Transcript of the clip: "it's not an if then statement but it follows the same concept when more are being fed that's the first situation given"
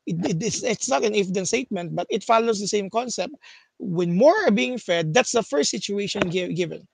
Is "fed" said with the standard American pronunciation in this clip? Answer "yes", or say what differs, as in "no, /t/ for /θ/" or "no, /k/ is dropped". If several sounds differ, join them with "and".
yes